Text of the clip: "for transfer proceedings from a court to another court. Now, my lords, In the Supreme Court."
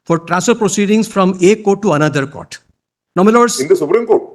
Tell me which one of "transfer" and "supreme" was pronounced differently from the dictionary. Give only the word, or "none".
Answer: transfer